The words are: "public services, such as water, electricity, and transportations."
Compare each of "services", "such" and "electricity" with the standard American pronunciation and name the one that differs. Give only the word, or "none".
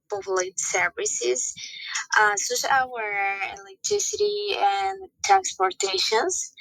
such